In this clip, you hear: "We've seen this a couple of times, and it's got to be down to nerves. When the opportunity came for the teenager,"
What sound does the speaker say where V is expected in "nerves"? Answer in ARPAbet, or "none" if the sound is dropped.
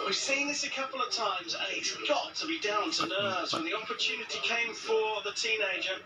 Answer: none